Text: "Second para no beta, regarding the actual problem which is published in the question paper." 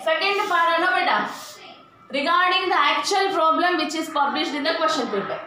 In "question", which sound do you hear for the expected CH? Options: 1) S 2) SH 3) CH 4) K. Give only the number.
2